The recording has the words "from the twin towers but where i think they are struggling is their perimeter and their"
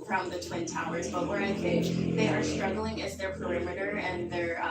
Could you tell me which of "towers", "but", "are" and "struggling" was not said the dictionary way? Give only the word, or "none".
none